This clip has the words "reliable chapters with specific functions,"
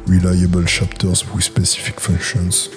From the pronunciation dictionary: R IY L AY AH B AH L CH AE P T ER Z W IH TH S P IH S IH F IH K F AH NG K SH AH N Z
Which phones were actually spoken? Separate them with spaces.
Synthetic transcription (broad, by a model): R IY L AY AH B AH L SH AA P T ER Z W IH S P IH S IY F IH K F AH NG K SH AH N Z